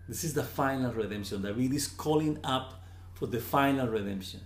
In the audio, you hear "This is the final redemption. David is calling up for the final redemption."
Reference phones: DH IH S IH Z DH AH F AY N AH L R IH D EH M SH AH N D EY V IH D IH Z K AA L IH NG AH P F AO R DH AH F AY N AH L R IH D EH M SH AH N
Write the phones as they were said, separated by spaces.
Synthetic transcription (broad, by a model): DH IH S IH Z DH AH F AY N AH L R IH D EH M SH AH N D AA W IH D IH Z K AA L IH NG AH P F AO R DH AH F AY N AH L R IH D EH M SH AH N